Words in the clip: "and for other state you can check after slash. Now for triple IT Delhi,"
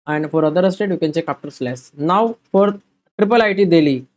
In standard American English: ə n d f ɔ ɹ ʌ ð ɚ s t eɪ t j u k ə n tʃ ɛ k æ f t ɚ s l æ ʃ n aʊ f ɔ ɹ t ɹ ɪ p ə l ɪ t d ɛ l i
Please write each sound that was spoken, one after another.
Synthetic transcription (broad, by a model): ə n d f ɔ ɹ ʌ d ɚ s t eɪ t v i k ə n tʃ ɛ k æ p t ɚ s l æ s n aʊ f ɔ ɹ t ɹ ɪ p ə l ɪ t d ɛ l i